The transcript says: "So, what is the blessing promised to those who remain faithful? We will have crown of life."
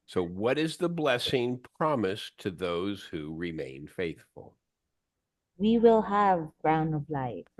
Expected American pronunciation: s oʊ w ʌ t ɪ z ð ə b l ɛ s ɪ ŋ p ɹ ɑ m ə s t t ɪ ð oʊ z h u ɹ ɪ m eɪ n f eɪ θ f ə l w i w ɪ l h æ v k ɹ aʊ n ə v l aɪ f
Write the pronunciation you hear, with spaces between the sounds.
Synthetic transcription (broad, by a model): s oʊ w ʌ t ɪ z ð ə b l ɛ s ɪ ŋ p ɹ ɑ m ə s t t ɪ ð oʊ z h u ɹ ɪ m eɪ n f eɪ θ f ə l w i w ɪ l h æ v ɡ ɹ aʊ n ə v l aɪ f